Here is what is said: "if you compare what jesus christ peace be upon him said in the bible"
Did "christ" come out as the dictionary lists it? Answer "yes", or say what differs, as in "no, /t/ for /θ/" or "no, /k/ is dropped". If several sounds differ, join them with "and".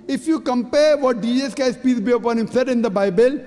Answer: no, /ɹ/ is dropped